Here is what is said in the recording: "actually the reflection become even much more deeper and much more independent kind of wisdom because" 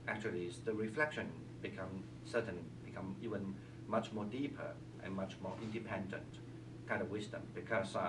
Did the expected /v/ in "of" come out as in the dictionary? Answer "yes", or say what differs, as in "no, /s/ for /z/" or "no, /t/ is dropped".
yes